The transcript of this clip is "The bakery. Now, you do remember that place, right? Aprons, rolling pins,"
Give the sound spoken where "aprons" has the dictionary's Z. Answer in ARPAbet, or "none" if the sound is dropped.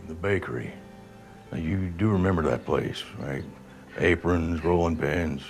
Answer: Z